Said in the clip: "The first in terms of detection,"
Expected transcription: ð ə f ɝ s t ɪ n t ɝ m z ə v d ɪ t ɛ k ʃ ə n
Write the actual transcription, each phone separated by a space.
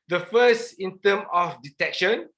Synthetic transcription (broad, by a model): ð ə f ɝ s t ɪ n t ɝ m ə f d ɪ t ɛ k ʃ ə n